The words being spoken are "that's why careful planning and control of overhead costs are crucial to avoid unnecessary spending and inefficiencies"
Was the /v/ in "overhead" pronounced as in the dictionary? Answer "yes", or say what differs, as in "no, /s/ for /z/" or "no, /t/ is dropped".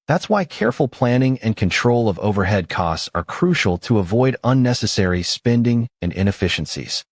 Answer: yes